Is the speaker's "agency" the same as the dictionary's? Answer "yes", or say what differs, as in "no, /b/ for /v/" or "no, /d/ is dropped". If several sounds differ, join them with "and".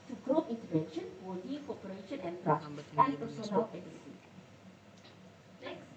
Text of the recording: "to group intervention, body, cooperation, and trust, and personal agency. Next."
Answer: no, /n/ is dropped